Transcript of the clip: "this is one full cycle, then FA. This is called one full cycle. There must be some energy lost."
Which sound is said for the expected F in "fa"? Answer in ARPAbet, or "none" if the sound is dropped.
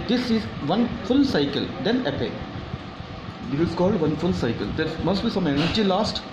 P